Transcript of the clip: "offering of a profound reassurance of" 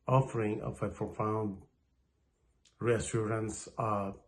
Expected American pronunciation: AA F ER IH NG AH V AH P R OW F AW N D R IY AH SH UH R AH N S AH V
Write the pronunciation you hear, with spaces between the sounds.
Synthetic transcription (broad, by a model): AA F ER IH NG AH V AH P R OW F AW N D R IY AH S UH R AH N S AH